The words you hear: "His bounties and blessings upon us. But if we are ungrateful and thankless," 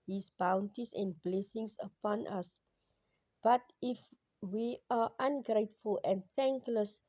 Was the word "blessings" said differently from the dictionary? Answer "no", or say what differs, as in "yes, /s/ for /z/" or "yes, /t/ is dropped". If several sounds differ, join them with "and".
yes, /s/ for /z/